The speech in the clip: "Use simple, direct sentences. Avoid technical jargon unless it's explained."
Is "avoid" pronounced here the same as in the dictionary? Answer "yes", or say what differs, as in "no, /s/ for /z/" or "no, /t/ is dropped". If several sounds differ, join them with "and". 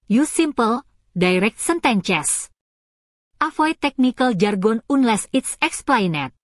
no, /f/ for /v/